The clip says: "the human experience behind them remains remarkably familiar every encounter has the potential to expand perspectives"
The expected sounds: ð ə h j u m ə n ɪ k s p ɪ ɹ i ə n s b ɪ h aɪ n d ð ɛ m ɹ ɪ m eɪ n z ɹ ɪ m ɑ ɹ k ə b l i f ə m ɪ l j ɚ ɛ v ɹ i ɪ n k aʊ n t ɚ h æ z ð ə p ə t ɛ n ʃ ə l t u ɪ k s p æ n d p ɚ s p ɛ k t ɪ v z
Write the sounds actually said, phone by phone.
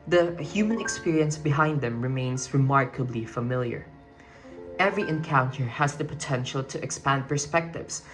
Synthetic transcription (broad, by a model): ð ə h j u m ə n ɪ k s p ɪ ɹ i ə n s b ɪ h aɪ n d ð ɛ m ɹ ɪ m eɪ n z ɹ ɪ m ɑ ɹ k ə b l i f ə m ɪ l j ɚ ɛ v ɹ i ɪ n k aʊ n t ɚ h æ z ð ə p ə t ɛ n ʃ ə l t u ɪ k s p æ n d p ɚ s p ɛ k t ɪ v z